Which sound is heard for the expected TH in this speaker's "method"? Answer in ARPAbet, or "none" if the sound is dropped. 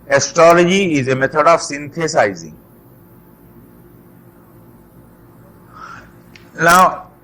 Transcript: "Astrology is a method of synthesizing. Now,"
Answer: T